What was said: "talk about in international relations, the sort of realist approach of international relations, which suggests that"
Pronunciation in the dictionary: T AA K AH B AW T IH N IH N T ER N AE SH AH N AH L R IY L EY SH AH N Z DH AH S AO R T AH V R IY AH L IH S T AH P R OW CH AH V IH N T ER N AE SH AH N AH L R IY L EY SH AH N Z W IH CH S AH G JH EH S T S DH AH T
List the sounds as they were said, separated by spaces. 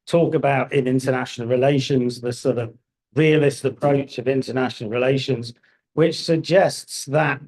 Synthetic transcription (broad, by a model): T AA K AH B AW T IH N IH N T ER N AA SH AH N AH L R IY L EY SH AH N Z DH AH S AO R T AH V R IY AH L IH S T AH P R OW CH AH V IH N T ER N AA SH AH N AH L R IY L EY SH AH N Z W IH CH S AH G JH EH S T S DH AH T